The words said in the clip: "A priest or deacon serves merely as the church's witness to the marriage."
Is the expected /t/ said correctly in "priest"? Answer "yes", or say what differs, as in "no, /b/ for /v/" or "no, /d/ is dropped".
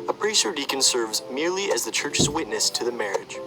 no, /t/ is dropped